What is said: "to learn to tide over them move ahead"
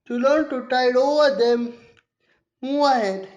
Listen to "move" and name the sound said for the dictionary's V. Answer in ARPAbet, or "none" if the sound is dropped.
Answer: none